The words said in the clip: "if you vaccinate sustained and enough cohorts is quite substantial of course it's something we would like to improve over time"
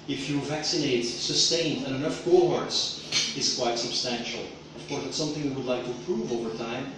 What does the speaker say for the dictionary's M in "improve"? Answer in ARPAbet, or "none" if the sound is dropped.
none